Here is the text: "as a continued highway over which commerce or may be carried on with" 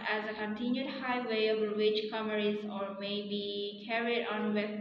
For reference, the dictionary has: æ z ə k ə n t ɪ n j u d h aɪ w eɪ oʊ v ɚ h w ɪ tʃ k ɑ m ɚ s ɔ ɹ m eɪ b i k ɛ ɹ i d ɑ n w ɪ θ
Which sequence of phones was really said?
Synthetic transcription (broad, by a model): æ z ə k ə n t ɪ n j u d h aɪ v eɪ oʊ b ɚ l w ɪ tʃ k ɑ m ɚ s ɔ ɹ m eɪ b i k ɛ ɹ i d ɑ n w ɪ